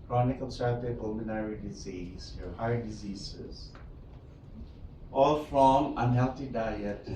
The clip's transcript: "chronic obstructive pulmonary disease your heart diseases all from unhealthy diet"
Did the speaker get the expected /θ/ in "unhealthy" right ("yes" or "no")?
no